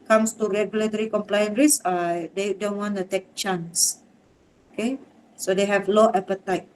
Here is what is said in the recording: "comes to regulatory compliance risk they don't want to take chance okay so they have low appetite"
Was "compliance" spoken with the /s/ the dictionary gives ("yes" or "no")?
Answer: no